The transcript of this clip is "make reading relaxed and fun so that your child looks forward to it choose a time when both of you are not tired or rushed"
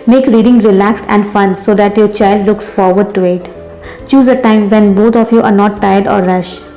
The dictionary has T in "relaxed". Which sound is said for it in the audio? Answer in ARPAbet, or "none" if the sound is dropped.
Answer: T